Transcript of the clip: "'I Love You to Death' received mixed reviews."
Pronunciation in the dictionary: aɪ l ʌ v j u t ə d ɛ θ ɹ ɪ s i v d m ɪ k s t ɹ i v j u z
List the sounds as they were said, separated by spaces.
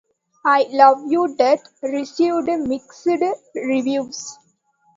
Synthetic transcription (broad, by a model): aɪ l ʌ v j u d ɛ t ɹ ɪ s i v d m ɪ k s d ɹ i v j u s